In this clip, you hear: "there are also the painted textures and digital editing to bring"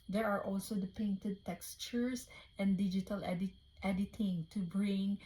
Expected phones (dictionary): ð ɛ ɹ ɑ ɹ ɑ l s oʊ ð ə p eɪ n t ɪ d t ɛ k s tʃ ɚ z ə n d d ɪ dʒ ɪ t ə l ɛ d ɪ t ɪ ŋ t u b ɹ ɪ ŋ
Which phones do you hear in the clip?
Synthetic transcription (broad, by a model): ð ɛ ɹ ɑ ɹ ɑ l s oʊ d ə p eɪ n t ɪ d t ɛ k s tʃ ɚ s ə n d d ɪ dʒ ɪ t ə l ɛ d ɪ t ɪ ŋ t u b ɹ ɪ ŋ